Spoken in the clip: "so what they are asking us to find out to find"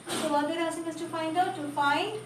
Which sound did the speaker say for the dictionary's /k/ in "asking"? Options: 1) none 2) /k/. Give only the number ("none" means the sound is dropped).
1